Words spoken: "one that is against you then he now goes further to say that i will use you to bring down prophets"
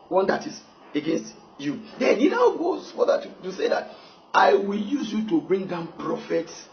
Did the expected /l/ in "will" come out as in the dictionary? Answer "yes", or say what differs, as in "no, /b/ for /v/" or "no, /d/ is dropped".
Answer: yes